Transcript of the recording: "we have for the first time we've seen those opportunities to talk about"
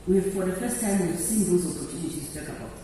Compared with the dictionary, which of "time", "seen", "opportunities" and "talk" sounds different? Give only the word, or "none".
opportunities